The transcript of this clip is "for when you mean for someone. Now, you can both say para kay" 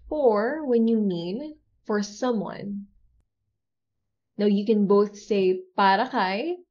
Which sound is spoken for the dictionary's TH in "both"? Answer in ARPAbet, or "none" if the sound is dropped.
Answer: TH